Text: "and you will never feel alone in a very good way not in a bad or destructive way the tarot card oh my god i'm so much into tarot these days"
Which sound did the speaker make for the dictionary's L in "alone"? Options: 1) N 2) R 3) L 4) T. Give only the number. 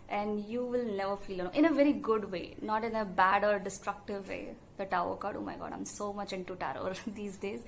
1